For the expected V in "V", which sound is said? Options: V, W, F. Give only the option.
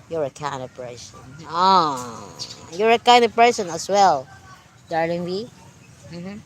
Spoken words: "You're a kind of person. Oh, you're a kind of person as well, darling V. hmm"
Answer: W